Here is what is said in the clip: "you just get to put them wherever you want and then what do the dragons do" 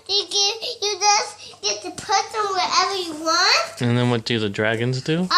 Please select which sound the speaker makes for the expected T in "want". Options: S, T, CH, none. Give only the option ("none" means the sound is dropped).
T